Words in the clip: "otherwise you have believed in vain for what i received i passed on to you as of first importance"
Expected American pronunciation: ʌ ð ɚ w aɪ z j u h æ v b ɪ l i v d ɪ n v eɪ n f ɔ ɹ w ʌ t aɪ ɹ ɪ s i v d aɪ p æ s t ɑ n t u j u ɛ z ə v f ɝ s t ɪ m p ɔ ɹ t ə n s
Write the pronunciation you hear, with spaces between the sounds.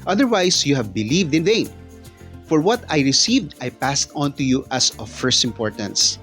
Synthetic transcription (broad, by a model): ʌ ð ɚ w aɪ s j u h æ v b ɪ l i v d ɪ n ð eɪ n f ɔ ɹ w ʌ t aɪ ɹ ɪ s i v d aɪ p æ s t ɑ n t u j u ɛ s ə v f ɝ s t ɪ m p ɔ ɹ t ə n s